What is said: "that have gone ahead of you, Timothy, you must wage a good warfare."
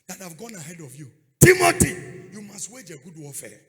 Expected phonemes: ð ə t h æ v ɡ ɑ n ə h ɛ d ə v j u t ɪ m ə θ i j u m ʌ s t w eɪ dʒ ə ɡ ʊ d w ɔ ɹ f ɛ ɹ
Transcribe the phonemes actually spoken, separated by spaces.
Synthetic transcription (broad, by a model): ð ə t h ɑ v ɡ ɑ n ə h ɛ d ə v j u t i m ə t i j u m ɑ s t w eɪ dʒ ə ɡ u d w ɔ f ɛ